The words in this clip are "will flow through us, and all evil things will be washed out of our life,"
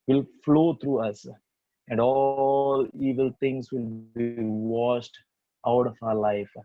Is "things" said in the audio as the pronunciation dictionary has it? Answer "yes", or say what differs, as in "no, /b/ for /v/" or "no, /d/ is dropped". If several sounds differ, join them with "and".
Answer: no, /t/ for /θ/